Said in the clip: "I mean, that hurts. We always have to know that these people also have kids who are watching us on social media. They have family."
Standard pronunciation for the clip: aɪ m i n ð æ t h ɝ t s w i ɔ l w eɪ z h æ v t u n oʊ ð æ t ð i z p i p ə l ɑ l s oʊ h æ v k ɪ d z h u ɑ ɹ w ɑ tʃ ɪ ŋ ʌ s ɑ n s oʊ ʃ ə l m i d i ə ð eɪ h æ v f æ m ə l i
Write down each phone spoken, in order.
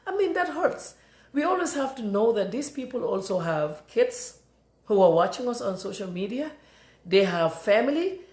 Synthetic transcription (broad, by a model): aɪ m i n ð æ t h ɝ t s w i ɔ l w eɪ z h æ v t u n oʊ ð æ t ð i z p i p ə l ɑ l s oʊ h æ v k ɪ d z h u ɑ ɹ w ɑ tʃ ɪ ŋ ʌ s ɑ n s oʊ ʃ ə l m i d i ə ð eɪ h æ v f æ m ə l i